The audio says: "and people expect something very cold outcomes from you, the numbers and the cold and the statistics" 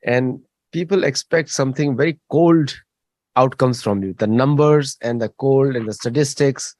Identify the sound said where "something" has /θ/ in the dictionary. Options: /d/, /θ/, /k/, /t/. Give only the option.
/t/